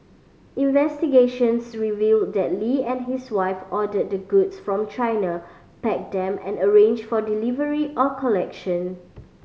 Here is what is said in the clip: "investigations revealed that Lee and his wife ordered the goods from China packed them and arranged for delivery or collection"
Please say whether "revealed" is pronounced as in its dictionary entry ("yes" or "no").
yes